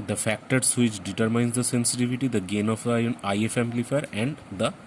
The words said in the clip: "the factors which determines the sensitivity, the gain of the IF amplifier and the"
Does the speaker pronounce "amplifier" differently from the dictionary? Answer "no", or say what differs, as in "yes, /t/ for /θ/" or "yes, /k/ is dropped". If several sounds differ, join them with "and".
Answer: yes, /p/ is dropped